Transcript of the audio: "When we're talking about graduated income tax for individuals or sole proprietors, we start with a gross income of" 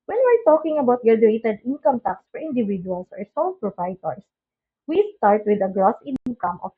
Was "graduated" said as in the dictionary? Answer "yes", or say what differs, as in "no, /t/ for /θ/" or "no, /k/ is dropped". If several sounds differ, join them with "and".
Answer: no, /ɹ/ is dropped